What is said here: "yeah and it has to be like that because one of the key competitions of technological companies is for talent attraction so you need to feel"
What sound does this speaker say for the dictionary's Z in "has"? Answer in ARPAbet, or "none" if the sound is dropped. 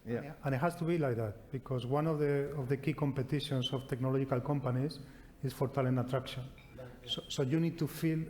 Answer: S